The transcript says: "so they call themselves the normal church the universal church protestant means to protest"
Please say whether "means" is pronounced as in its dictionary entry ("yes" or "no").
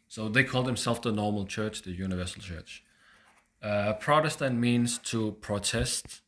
yes